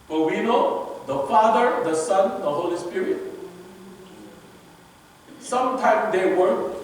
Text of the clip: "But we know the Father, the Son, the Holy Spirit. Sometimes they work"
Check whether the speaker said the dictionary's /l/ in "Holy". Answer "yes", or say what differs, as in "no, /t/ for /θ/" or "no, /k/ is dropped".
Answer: yes